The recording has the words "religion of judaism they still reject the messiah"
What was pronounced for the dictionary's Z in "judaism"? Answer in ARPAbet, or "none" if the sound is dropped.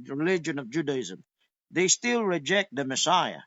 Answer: Z